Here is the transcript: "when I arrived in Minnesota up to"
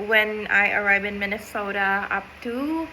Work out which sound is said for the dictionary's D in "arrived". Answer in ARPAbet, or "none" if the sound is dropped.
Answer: none